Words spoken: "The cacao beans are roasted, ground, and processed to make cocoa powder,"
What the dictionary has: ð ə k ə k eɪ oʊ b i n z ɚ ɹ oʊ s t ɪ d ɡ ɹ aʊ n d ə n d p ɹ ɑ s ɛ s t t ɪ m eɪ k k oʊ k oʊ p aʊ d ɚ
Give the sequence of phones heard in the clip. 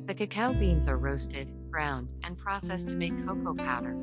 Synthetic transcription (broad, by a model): ð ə k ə k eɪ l b i n z ɚ ɹ oʊ s t ɪ d ɡ ɹ aʊ n d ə n p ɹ ɑ s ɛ s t t ɪ m eɪ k k oʊ k oʊ p aʊ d ɚ